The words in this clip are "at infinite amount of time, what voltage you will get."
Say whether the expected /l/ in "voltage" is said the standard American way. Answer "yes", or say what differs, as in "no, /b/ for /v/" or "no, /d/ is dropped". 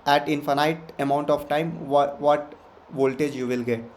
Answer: yes